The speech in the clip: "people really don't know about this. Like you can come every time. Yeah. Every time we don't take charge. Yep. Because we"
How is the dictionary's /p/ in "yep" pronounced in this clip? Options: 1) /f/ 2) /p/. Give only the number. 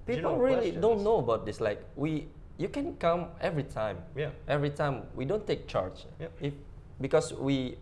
1